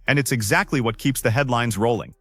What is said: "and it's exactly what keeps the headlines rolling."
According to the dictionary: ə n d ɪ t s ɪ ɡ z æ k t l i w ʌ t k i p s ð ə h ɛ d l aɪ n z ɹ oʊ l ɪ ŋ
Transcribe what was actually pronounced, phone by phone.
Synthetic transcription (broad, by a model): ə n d ɪ t s ɪ ɡ z æ k t l i w ʌ t k i p s ð ə h ɛ d l aɪ n z ɹ oʊ l ɪ ŋ